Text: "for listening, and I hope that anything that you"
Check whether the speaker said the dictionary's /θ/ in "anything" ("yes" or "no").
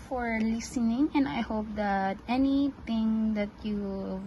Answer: no